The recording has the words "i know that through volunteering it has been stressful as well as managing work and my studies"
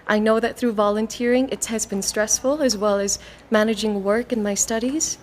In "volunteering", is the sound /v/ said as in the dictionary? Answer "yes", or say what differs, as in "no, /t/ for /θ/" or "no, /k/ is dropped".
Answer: yes